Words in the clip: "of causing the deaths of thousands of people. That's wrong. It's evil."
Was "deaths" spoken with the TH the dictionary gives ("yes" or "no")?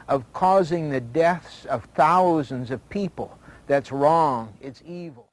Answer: yes